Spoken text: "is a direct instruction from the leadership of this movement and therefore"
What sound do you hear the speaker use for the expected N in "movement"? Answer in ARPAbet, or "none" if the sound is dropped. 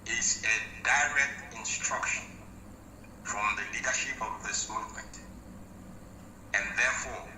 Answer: none